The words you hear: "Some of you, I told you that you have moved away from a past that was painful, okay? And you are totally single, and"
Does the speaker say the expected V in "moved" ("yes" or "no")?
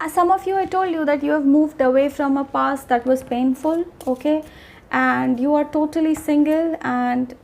yes